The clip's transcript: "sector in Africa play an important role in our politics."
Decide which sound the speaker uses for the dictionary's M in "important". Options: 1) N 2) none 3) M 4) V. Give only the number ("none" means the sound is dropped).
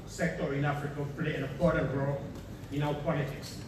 2